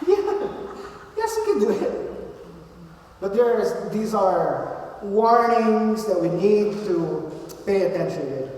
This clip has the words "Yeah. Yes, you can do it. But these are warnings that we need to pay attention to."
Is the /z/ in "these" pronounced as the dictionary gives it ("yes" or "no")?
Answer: yes